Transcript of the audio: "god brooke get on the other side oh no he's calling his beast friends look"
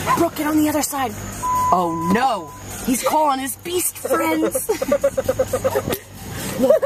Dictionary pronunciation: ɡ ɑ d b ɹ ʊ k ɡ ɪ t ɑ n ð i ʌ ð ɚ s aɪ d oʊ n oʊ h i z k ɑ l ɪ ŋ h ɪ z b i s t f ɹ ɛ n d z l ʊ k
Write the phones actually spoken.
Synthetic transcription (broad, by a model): b ɹ ʊ k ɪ t n ð i ʌ ð ɚ s aɪ d oʊ n oʊ h i z k ɑ l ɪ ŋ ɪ z b i s t f ɹ ɛ n d z